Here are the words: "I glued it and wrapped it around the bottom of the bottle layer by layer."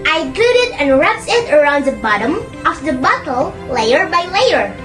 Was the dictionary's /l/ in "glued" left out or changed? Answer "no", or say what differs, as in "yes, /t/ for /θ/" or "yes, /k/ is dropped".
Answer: yes, /l/ is dropped